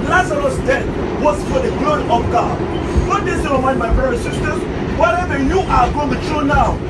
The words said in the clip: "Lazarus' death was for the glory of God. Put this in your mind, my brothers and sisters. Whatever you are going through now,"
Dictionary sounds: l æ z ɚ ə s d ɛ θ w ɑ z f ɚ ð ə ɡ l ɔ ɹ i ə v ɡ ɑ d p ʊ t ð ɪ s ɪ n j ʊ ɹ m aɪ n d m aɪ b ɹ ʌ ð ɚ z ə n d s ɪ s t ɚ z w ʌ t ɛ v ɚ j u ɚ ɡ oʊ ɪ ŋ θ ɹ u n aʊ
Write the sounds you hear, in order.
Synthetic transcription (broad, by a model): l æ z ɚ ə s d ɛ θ w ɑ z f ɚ ð ə ɡ l ɔ ɹ i ə v ɡ ɑ d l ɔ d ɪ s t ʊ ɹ m aɪ n d m aɪ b ɹ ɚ ə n s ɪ s t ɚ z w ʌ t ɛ v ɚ j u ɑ ɡ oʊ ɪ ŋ t ɹ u n aʊ